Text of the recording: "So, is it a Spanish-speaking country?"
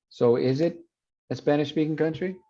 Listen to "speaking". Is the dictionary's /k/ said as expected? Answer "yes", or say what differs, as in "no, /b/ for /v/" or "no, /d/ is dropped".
yes